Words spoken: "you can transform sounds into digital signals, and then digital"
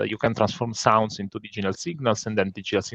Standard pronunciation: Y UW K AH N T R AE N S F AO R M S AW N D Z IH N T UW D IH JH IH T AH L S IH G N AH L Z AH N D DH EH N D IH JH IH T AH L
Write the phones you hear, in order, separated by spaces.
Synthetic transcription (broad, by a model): Y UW K AH N T R AE N S F AO R M S AW N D S IH N T UW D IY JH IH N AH L S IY G N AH L S AH N D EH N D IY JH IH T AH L